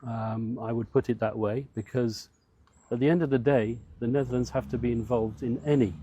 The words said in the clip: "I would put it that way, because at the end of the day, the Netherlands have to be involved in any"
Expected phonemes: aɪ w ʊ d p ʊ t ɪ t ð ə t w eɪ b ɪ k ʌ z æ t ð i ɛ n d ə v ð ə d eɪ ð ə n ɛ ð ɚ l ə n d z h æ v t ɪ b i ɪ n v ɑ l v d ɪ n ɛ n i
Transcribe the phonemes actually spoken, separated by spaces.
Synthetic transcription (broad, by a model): aɪ w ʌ d p ʊ t ɪ t ð ə t w eɪ b ɪ k ʌ z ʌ t ð i ɛ n d ə v ð ə d eɪ ð ə n ɛ ð ɚ l ə n d z h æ f t ɪ b i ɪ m v ɑ l v d ɪ n ɛ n i